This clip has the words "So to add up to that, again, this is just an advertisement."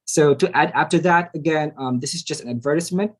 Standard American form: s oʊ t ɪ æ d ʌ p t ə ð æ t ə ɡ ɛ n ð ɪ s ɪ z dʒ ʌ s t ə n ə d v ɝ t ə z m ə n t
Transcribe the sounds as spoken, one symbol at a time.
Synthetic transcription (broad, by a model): s oʊ t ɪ æ d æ f t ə ð æ t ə ɡ ɛ n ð ɪ s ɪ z dʒ ʌ s t ə n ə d v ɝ t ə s m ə n t